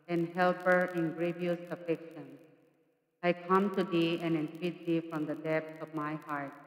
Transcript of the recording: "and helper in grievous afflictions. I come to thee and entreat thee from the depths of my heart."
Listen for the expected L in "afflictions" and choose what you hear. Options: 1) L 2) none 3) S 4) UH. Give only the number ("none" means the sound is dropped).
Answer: 2